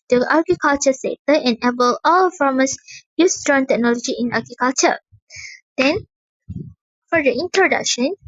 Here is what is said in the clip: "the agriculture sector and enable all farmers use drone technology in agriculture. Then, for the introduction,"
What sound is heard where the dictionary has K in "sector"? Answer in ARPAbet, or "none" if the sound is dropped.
none